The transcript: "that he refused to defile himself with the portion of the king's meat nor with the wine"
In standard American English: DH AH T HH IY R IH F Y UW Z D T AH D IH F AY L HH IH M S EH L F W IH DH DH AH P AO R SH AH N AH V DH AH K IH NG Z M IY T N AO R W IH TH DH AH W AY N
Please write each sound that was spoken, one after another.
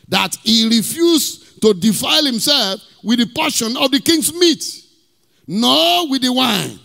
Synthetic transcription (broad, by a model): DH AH T HH IY R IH F Y UW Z T AH D IH F AY L HH IH M S EH L F W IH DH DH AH P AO SH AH N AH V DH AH K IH NG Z M IY T N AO W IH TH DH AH W AY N